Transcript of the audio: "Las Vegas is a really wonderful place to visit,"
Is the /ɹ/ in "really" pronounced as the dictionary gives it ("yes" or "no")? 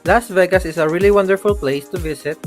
yes